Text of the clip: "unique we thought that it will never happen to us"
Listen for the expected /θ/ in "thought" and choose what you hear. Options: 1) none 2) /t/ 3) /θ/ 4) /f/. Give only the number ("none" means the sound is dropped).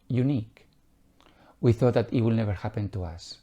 3